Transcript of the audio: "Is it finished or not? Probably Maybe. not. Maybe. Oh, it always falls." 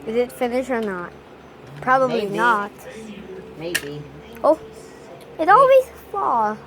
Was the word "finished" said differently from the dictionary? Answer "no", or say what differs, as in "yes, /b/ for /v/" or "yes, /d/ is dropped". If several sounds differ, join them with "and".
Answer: yes, /t/ is dropped